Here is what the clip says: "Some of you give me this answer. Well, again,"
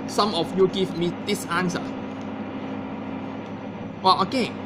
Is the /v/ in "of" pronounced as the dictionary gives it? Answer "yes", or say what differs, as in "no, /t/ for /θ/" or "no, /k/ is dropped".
no, /f/ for /v/